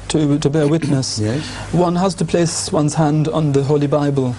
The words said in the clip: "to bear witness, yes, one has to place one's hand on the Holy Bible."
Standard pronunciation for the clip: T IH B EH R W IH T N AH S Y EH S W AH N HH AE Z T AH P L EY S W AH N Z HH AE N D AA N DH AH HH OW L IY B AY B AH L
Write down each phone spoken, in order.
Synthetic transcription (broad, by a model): T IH B EH R W IH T N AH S S W AH N HH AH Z T AH P L EY S W AH N Z HH AE N D N DH AH HH OW L IY B AY B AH L